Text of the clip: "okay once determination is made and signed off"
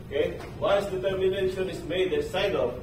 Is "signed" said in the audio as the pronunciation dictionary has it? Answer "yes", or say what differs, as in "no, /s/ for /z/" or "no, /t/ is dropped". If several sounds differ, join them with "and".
no, /n/ is dropped